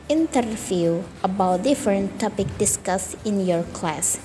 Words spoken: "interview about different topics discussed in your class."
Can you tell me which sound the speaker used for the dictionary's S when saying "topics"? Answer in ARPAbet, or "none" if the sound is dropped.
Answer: none